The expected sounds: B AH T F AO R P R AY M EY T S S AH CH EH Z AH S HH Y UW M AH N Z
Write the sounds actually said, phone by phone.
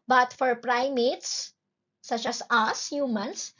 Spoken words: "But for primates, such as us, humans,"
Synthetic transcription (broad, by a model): B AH T F AO R P R AY M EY T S S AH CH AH S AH S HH Y UW M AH N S